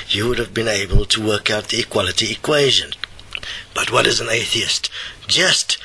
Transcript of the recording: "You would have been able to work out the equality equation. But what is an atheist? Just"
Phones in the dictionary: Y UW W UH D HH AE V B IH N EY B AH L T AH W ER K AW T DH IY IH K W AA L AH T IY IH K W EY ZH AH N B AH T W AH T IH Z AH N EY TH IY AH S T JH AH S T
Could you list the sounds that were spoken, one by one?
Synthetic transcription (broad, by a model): Y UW W UH D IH V B IH N EY B AH L T AH W ER K AW T DH IY IH K W AA L AH T IY IH K W EY ZH AH N B AH T W AH T IH Z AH N EY TH IY AH S T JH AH S T